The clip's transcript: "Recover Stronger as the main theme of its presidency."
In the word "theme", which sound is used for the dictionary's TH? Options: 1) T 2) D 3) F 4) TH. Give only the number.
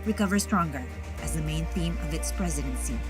4